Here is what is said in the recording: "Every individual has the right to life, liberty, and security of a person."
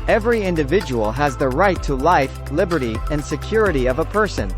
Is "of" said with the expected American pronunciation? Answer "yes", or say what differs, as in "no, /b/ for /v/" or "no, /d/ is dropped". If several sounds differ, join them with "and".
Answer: yes